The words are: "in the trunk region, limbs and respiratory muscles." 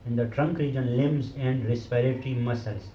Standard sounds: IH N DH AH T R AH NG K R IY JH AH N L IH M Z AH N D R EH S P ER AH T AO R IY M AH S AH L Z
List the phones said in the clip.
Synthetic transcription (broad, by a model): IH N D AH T R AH NG K R IY JH AH N L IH M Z AH N D R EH S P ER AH T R IY M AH S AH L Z